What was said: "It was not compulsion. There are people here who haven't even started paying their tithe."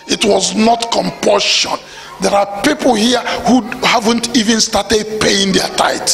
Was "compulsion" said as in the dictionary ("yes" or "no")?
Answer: no